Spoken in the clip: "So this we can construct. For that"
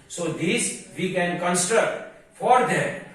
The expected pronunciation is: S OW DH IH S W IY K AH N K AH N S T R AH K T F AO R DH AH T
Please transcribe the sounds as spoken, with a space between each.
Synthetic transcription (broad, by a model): S OW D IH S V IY K AH N K AH N S T R AH K T F AO R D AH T